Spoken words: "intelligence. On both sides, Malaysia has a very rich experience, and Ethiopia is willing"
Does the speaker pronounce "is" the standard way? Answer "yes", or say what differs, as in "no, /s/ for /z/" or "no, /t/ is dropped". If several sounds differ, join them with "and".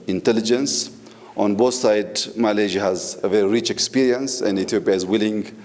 yes